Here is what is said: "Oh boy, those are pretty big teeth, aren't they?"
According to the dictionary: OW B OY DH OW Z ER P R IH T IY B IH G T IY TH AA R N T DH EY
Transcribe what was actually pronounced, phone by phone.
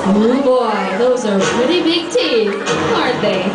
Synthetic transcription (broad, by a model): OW B OY DH OW Z ER P R IH T IY B IH G T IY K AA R T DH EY